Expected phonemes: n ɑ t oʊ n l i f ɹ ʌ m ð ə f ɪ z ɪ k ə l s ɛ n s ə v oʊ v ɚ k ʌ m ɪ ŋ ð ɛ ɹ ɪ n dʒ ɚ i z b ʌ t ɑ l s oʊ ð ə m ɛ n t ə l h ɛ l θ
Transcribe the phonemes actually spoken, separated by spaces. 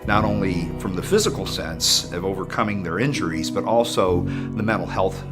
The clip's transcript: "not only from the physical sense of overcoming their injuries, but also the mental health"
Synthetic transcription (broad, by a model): n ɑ t oʊ n l i f ɹ ʌ m ð ə f ɪ z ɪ k l s ɛ n s ə v oʊ v ɚ k ʌ m ɪ ŋ ð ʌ ɹ ɪ n dʒ ɚ i z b ʌ t ɑ l s oʊ ð ə m ɛ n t l h ɛ l θ